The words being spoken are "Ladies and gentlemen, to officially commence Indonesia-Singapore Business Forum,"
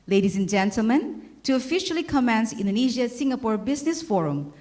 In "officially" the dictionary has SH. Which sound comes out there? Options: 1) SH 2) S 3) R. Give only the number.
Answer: 1